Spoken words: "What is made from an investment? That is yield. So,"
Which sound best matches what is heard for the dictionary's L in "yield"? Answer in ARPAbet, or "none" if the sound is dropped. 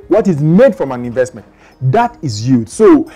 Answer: none